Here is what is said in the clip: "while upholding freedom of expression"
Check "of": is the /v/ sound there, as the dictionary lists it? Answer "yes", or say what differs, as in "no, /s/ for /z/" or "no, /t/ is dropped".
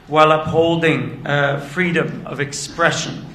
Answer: yes